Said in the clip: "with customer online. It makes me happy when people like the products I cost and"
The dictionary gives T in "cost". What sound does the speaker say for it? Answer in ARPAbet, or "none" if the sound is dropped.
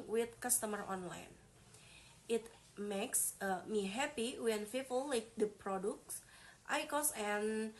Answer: none